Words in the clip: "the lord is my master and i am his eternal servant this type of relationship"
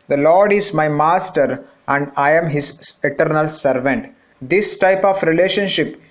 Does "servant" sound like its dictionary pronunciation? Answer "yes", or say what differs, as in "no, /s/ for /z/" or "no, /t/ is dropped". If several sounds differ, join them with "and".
yes